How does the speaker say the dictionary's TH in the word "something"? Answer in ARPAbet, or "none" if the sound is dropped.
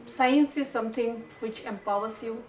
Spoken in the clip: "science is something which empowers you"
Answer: T